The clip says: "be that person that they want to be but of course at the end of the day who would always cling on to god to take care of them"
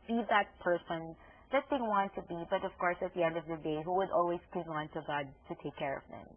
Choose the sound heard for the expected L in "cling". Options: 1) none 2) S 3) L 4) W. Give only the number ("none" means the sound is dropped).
1